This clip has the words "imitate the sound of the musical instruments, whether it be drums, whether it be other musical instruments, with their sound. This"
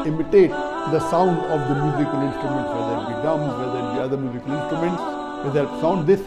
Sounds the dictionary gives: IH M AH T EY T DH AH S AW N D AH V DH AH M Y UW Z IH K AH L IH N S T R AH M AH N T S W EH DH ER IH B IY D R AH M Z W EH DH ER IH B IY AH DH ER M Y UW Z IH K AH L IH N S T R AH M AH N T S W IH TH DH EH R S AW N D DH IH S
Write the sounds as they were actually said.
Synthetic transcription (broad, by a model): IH M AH T EY T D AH S AW N D AH V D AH M Y UW Z IH K AH L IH N S T R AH M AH N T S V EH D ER IH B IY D AH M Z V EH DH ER IH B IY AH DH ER M Y UW Z IH K AH L IH N S T R AH M AH N T S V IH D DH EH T S AW N D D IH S